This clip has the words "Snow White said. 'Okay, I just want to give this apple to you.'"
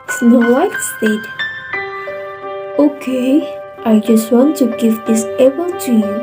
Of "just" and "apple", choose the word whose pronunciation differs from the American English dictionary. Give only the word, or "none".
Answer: apple